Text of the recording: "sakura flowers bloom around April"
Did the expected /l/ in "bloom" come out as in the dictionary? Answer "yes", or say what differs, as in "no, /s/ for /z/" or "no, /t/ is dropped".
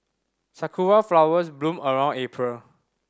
yes